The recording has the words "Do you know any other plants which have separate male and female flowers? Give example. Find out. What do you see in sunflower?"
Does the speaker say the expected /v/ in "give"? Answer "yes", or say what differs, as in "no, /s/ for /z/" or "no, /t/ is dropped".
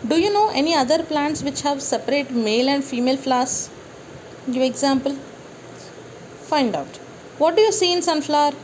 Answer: no, /v/ is dropped